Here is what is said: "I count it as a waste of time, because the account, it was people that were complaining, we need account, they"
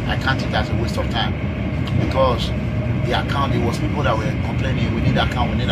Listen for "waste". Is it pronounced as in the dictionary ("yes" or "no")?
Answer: yes